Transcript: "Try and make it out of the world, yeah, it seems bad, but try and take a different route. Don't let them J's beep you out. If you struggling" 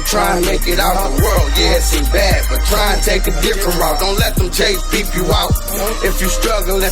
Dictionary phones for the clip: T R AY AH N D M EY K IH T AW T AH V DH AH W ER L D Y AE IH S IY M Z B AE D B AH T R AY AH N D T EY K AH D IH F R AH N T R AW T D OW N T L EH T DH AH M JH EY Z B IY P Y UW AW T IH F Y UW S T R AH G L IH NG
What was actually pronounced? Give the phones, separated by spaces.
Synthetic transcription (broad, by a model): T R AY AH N M EY K IH T AW T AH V DH AH W ER L D Y IH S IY B AE D B AH T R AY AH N T EY K AH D IH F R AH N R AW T D OW N T L EH T DH AH M CH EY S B IY P Y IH AW T IH F Y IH S T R AH G L